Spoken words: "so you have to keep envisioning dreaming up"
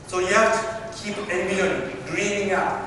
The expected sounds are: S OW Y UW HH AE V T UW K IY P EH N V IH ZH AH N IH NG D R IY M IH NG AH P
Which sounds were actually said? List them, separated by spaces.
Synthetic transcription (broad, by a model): S OW Y UW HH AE F T UW K IY P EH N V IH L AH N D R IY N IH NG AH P